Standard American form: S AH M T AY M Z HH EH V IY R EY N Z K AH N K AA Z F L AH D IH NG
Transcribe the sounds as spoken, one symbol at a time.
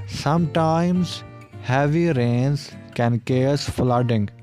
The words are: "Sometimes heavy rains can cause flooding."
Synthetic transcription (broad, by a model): S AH M T AY M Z HH EH V IY R EY N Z K AH N K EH S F L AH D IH NG